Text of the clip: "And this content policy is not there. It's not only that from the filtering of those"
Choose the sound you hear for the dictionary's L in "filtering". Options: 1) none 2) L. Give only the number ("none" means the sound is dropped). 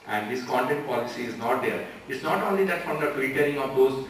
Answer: 1